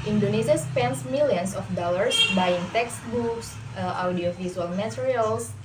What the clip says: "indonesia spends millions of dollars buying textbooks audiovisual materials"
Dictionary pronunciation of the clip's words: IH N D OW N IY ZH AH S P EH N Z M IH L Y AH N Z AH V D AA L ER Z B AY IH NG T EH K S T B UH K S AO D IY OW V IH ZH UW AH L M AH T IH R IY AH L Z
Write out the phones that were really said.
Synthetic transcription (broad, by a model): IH N D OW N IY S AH S P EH N S M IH L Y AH N S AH F D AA L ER S B AY IH NG T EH K S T B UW K S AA D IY OW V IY Z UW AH L M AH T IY R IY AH L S